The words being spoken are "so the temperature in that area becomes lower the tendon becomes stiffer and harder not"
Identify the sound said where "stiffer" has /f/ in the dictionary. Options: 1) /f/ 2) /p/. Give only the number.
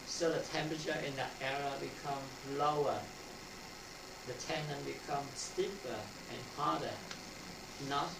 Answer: 2